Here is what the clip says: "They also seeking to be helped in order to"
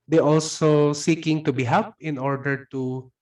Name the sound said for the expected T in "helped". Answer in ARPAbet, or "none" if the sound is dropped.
none